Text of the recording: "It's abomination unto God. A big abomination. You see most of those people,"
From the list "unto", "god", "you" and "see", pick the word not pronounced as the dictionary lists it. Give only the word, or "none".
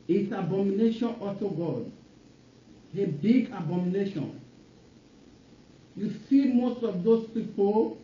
unto